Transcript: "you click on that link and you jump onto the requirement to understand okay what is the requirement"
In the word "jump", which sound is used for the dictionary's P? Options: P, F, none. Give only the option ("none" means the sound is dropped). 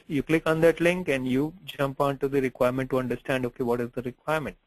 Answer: P